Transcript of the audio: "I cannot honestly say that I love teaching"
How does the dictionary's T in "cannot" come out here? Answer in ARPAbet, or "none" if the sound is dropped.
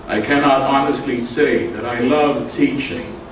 T